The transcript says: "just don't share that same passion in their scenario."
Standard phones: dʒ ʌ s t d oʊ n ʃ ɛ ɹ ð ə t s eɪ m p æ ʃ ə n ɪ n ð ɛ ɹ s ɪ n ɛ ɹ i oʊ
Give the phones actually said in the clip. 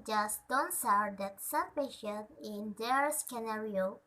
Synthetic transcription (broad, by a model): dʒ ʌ s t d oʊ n s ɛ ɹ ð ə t s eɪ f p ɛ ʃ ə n ɪ n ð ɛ ɹ s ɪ n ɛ ɹ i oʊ